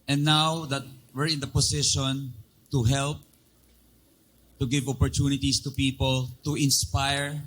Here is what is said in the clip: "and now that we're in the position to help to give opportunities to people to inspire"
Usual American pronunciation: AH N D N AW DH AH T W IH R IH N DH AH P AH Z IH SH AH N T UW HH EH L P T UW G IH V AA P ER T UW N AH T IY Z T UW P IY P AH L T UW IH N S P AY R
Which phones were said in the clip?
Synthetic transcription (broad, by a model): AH N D N AW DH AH T W IH R IH N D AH P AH S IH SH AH N T UW HH EH L P T UW G IH V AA P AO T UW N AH T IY S T UW P IY P AH L T UW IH N S P AY R